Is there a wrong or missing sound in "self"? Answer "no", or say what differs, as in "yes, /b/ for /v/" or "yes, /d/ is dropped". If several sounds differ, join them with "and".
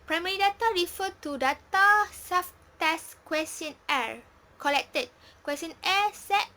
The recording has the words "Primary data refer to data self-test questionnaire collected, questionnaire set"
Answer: yes, /l/ is dropped